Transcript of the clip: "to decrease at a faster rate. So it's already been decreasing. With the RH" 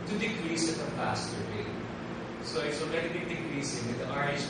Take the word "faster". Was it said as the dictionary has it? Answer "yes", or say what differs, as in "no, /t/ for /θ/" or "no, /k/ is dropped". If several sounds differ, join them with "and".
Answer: no, /p/ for /f/